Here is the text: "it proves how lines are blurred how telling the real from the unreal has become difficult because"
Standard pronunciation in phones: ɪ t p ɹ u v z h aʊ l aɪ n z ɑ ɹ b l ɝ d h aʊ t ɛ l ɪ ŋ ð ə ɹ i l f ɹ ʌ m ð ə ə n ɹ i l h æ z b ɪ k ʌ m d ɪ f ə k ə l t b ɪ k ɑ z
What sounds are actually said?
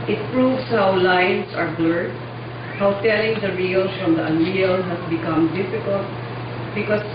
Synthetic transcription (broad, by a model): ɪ t p ɹ u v s h aʊ l aɪ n s ɑ ɹ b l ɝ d h aʊ t ɛ l ɪ ŋ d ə ɹ i l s ɹ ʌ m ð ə ə n ɹ i l h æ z b ɪ k ʌ m d ɪ f ə k ə l t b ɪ k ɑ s